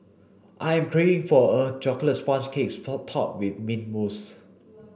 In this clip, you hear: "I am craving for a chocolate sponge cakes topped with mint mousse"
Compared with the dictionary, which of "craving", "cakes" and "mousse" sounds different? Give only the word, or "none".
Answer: craving